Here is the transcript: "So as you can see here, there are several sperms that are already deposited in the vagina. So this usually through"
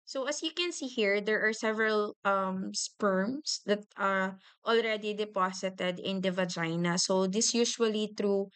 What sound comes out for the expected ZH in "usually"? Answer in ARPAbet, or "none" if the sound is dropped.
SH